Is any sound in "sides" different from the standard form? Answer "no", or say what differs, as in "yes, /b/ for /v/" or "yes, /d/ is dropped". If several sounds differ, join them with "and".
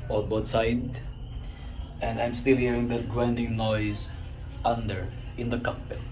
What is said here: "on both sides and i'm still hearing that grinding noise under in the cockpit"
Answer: yes, /z/ is dropped